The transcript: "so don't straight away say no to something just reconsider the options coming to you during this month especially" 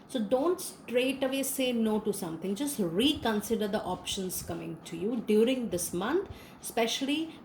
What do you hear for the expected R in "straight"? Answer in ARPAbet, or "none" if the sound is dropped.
R